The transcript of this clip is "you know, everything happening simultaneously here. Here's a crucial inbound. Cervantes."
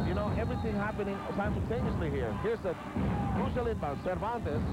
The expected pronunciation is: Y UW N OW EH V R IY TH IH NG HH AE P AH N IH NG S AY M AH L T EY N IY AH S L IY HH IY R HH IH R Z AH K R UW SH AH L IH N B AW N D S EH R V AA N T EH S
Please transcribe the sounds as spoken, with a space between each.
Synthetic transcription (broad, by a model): Y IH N OW EH V R IY TH IH NG HH AE P AH N IH NG S AY M AH L T EY N IY AH S L IY HH IY R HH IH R S AH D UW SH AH L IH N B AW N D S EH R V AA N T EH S